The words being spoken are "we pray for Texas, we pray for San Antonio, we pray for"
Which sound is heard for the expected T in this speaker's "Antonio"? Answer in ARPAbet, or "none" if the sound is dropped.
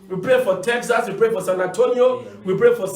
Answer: T